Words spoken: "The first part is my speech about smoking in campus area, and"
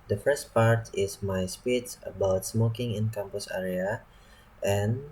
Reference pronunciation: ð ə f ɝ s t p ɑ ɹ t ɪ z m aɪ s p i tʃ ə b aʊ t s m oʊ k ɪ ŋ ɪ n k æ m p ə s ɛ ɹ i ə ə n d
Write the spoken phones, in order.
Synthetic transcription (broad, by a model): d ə f ɝ s t p ɑ ɹ t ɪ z m aɪ s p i s ə b aʊ t s m oʊ k ɪ ŋ ɪ n k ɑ m p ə s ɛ ɹ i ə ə n